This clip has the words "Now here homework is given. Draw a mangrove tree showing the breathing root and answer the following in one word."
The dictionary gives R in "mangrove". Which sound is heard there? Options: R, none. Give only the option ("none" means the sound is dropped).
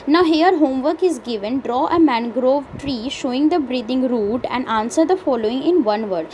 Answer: R